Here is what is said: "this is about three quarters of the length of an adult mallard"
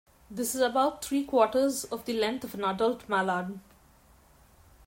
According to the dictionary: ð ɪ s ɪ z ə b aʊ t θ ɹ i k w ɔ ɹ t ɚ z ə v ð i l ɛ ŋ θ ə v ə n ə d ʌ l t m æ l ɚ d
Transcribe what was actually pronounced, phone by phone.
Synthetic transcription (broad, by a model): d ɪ s ɪ z ə b aʊ t t ɹ i k w ɔ t ɚ z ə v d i l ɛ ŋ t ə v ə n ə d ʌ l t m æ l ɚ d